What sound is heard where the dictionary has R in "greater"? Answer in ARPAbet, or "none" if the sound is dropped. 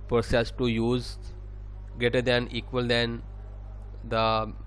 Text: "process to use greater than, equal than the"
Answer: none